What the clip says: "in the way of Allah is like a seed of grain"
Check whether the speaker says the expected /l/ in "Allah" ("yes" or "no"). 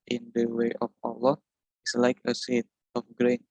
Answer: yes